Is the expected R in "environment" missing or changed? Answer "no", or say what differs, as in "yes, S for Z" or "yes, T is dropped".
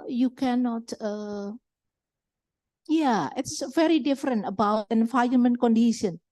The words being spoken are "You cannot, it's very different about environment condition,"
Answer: yes, R is dropped